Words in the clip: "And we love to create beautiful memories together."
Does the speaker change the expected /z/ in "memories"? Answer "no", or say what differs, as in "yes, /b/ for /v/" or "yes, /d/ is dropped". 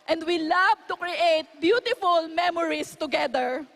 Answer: yes, /s/ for /z/